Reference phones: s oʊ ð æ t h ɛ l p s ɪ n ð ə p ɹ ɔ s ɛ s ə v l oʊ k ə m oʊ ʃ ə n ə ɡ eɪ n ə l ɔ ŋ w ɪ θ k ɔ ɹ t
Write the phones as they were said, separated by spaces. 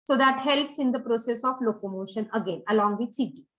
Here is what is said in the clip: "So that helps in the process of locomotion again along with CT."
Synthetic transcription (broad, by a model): s oʊ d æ t h ɛ l p s ɪ n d ə p ɹ ɔ s ɛ s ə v l oʊ k ə m oʊ ʃ ə n ə ɡ eɪ n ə l ɔ ŋ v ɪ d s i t